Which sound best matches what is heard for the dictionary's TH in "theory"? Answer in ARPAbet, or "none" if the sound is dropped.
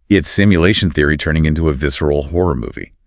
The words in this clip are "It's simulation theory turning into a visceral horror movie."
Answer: TH